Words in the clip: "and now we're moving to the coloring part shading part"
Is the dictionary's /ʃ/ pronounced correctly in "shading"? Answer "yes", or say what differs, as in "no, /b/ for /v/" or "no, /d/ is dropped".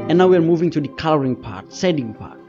no, /s/ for /ʃ/